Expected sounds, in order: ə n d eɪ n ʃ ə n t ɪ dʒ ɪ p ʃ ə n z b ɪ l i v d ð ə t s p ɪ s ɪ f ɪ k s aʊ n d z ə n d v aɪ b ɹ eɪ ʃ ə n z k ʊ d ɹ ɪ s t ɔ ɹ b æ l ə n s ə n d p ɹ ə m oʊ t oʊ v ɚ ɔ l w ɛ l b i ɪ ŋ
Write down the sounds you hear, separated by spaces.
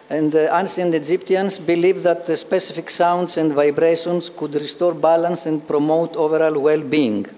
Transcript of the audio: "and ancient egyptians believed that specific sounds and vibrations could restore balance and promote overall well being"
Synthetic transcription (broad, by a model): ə n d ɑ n s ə n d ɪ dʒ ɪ p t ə n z b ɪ l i v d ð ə t s p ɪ s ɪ f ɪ k s aʊ n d s ə n d v aɪ b ɹ eɪ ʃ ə n s k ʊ d ɹ ɪ s t ɔ ɹ b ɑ l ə n s ə n d p ɹ ə m oʊ t oʊ v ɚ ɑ l w ɛ l b i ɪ ŋ